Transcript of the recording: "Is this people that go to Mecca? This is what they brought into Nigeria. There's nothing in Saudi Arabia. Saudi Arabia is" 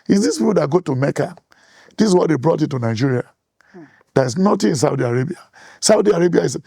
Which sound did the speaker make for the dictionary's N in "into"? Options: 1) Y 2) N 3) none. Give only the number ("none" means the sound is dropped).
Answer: 3